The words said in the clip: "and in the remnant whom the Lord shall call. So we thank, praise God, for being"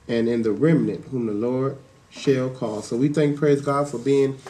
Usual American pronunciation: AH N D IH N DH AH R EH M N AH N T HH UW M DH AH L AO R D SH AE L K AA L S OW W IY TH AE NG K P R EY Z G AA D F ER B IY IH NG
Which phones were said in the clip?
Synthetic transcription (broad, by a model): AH N IH N DH AH R EH M N AH N T HH UW M DH AH L AO R D SH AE L K AA L S OW W IY TH AE NG K P R EY Z G AA D F ER B IY IH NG